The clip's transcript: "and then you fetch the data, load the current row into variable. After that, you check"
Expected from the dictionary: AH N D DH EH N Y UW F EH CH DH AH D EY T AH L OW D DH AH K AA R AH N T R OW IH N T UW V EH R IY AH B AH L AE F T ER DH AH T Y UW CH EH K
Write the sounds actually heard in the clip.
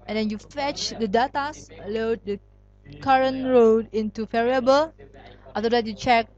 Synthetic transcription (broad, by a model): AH N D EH N Y UW F EH CH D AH D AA T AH L OW D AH K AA R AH N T R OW IH N T UW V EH R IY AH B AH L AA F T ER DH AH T Y UW CH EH K